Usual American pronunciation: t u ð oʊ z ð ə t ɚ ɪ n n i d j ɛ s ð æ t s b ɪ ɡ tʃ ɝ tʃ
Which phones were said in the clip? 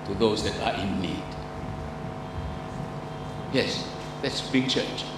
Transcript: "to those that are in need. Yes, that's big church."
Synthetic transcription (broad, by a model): t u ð oʊ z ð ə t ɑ ɪ n l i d j ɛ s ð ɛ t s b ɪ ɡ tʃ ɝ tʃ